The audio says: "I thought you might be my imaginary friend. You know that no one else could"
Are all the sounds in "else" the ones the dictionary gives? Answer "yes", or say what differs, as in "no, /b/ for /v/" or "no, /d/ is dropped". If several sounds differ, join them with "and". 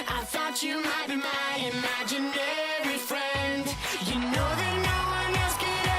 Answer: no, /l/ is dropped